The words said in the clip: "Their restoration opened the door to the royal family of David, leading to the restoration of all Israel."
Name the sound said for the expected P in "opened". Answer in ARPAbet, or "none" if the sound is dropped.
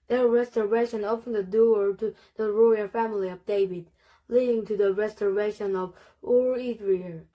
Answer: F